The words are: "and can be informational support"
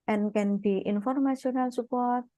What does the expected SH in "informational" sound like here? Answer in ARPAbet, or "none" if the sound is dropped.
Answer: S